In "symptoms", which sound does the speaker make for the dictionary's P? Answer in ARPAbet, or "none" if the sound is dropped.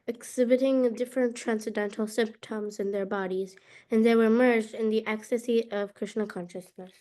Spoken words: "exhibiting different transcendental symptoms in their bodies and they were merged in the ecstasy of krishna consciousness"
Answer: P